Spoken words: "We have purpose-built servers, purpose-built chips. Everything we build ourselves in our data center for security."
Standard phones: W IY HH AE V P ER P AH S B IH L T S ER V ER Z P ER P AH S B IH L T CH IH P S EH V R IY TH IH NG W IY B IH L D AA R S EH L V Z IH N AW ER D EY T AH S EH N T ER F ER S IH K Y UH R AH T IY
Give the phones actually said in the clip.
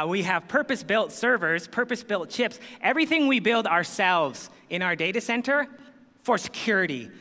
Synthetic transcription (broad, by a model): W IY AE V P ER P AH S B IH L T S ER V ER Z P ER P AH S B IH L T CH IH P S EH V R IY TH IH NG W IY B IH L D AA R S EH L V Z IH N AW ER D EY T AH S EH N T ER F ER S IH K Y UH R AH T IY